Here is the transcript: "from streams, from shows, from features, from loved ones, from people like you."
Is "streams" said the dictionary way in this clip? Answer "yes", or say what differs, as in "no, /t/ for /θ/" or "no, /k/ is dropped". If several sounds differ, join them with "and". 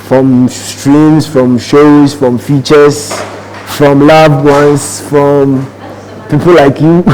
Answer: no, /s/ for /z/